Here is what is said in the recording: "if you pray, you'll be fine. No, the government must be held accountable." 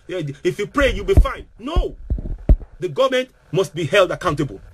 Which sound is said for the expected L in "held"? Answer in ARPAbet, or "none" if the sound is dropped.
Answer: L